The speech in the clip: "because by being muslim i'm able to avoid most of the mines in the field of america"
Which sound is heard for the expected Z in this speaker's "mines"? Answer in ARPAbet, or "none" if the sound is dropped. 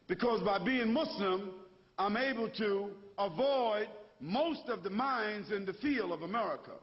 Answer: Z